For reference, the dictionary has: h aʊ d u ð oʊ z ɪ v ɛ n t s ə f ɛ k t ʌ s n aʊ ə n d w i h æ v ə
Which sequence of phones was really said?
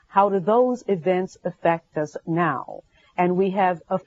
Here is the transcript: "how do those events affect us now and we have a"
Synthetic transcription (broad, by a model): h aʊ d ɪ ð oʊ z ɪ v ɛ n t s ə f ɛ k t ʌ s n aʊ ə n w i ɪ v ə